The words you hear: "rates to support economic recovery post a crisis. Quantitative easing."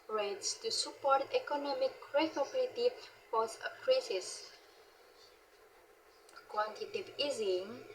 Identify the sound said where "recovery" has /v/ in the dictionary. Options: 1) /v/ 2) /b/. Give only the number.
2